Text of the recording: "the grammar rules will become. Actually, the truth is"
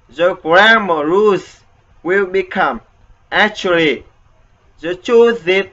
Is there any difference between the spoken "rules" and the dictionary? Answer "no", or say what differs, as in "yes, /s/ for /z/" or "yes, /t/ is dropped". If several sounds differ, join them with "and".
yes, /l/ is dropped